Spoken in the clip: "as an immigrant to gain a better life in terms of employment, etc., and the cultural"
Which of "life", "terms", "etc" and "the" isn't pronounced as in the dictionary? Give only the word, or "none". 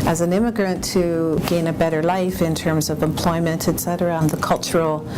none